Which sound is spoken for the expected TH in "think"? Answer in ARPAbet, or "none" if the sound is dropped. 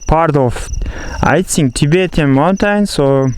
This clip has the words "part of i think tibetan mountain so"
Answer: S